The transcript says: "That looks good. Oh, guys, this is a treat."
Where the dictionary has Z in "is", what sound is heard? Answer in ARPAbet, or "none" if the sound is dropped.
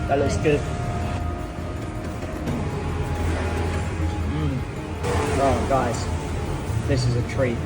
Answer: Z